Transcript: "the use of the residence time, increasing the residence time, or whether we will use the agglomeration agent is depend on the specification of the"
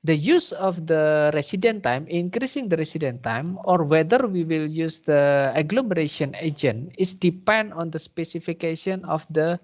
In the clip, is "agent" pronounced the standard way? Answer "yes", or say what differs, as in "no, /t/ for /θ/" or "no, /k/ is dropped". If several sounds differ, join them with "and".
no, /t/ is dropped